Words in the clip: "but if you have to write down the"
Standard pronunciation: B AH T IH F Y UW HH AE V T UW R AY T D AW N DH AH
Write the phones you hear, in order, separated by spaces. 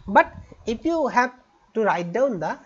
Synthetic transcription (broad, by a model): B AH T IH P Y UW HH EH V T UW R AY T D AW N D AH